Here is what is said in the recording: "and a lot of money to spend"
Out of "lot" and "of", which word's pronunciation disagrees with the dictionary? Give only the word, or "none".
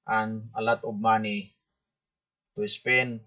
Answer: of